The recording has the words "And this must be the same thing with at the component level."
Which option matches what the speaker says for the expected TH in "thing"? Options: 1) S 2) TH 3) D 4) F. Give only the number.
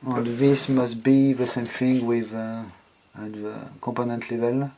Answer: 4